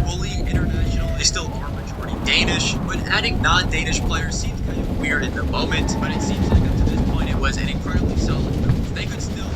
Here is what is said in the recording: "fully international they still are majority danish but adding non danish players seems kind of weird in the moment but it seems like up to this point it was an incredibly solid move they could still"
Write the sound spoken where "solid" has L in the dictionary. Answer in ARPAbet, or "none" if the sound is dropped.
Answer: none